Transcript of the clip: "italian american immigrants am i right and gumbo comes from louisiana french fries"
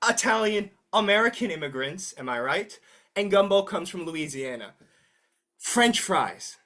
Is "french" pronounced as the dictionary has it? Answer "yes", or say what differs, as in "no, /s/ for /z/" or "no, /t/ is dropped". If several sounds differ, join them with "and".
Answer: yes